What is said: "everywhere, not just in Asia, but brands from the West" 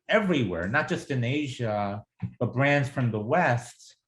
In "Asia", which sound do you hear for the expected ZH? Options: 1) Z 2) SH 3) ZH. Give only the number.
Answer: 3